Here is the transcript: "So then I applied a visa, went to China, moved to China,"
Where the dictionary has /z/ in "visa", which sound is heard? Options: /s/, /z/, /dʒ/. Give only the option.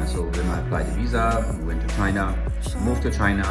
/z/